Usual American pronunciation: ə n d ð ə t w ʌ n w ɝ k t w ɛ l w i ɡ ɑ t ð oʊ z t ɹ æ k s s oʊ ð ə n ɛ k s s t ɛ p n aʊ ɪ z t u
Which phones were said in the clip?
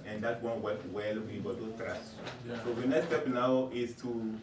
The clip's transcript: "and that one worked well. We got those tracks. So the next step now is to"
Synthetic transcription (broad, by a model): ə n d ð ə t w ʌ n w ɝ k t w ɛ l w i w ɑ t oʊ t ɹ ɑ s s oʊ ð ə n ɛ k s s t ɛ p n aʊ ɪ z t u